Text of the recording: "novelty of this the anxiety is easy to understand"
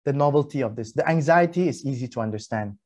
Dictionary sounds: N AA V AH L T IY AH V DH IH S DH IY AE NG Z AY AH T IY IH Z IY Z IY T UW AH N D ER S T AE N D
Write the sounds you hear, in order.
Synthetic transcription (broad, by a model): N AA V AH L T IY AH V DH IH S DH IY AE NG Z AY AH T IY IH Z IY Z IY T UW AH N D ER S T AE N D